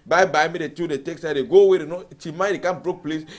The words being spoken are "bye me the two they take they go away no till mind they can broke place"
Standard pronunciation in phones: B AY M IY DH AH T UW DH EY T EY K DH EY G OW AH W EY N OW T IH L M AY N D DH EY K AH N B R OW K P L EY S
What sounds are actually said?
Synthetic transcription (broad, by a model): B AY M IY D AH T UW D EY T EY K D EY G OW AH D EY N OW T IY M AY D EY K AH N B R OW K P L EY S